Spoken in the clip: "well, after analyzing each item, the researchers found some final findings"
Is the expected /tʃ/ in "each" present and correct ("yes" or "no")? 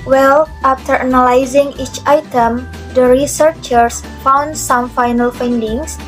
yes